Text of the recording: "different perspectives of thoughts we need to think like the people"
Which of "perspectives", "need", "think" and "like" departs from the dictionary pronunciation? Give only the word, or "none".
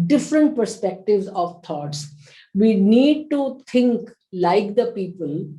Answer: think